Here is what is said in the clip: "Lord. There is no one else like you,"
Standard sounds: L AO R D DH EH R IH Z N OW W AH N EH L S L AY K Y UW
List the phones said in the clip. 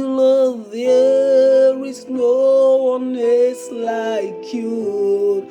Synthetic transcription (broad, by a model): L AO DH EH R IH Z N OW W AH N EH S L AY K Y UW